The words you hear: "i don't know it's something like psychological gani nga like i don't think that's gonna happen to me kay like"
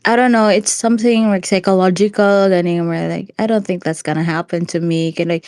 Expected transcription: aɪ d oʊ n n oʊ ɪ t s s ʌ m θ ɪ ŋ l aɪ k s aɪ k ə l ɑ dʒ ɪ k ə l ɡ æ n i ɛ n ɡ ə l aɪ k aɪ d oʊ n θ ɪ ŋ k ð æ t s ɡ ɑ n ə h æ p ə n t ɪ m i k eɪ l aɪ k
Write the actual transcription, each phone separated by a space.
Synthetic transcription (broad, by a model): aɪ d oʊ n n oʊ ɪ t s s ʌ m θ ɪ ŋ l aɪ k s aɪ k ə l ɑ dʒ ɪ k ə l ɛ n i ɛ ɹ l aɪ k aɪ d oʊ n θ ɪ ŋ k ð æ t s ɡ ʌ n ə h æ p ə n t ɪ m i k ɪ l aɪ k